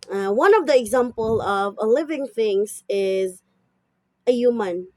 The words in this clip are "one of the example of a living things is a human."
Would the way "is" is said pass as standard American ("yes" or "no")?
yes